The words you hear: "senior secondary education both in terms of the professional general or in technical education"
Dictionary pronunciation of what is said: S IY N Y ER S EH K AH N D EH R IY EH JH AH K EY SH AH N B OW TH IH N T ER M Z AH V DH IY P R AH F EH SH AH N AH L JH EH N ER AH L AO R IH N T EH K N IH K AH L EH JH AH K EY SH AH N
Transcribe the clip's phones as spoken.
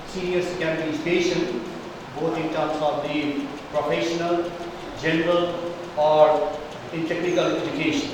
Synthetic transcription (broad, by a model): S IY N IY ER S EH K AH D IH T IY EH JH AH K EY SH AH N B OW T IH N T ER M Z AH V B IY P R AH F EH SH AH N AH L JH EH N ER AH L AO R IH N T EH K N IH K AH L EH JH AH K EY SH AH N